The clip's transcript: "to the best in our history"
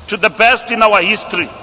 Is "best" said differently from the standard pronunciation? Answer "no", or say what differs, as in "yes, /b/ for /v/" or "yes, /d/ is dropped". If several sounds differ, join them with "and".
no